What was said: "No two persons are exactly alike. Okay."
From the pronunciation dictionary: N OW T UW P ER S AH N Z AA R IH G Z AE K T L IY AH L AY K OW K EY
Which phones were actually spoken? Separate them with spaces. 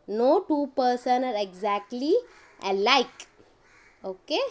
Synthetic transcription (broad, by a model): N OW T UW P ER S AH N AA R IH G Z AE K T L IY AH L AY K OW K EY